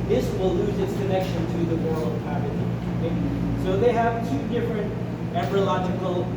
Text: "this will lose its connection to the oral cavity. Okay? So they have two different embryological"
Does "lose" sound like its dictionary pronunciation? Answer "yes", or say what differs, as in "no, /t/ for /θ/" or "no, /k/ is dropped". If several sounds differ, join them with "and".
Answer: yes